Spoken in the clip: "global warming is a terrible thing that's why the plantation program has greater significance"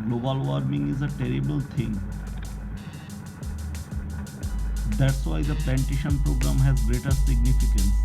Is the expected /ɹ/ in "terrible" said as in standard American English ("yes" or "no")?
yes